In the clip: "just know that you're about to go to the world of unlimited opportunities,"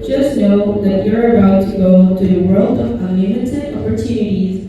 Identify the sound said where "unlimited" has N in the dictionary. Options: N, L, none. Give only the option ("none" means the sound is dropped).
none